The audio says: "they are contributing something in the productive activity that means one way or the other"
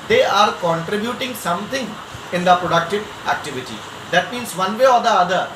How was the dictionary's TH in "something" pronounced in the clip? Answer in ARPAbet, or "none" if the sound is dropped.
T